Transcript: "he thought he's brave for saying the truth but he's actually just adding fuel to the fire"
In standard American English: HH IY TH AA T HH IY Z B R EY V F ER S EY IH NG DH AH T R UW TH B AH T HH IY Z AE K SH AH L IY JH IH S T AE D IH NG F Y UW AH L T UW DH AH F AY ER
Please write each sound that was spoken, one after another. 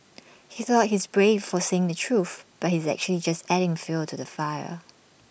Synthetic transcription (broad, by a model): HH IY TH AA T HH IY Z B R EY V F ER S EY IH NG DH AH T R UW TH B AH T HH IY Z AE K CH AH L IY JH IH S T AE D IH NG F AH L T UW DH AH F AY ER